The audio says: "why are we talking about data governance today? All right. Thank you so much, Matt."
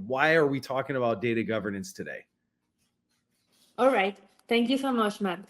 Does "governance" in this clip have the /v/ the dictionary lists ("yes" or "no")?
yes